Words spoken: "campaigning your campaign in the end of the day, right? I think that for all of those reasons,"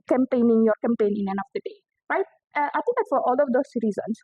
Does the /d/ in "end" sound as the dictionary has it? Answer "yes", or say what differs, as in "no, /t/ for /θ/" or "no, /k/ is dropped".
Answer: no, /d/ is dropped